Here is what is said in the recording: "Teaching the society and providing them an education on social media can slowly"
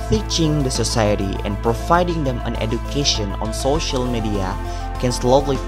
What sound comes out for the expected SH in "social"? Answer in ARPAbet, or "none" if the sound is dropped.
SH